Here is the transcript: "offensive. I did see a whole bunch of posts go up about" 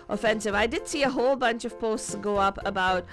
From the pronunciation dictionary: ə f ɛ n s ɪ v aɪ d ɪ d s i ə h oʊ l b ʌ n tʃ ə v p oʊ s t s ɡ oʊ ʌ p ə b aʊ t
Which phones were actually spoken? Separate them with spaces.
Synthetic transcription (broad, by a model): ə f ɛ n s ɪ v aɪ d ɪ d s i ə h oʊ l b ʌ n tʃ ə v p oʊ s t s ɡ oʊ ʌ p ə b aʊ t